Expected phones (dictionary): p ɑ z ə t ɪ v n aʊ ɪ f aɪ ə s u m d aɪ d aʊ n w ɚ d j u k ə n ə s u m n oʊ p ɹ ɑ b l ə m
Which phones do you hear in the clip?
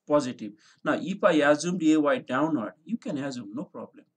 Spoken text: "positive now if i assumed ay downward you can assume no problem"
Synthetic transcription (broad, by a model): p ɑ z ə t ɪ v n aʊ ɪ p aɪ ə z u m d aɪ d aʊ n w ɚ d j u k ə n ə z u m n oʊ p ɹ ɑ b l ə m